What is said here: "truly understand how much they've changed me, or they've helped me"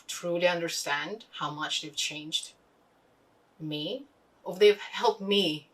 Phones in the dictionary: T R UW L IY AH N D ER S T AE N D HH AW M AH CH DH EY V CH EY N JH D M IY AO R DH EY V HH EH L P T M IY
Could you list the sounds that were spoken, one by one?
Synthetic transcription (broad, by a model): T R UW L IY AH N D ER S T AE N D HH AW M AH CH DH EY V CH EY N JH D M IY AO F DH EY V HH EH L P T M IY